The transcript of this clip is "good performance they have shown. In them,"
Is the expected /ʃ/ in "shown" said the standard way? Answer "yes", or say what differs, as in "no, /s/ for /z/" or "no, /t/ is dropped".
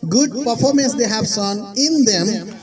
no, /s/ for /ʃ/